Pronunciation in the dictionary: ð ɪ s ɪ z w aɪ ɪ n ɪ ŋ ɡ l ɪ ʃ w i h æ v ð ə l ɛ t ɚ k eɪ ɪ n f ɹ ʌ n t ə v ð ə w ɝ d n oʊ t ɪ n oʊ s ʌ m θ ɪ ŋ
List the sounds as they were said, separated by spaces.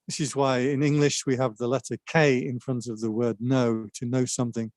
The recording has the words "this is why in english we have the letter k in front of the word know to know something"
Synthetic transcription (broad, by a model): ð ɪ s ɪ z w aɪ ɪ n ɪ ŋ ɡ l ɪ ʃ w i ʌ v ð ə l ɛ t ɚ k eɪ ɪ n f ɹ ʌ n t ə v ð ə w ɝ d n oʊ t ɪ n oʊ s ʌ m θ ɪ ŋ